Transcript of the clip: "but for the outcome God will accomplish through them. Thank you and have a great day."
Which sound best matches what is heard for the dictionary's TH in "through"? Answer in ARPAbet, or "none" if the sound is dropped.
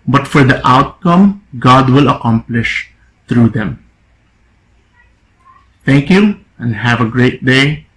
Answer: T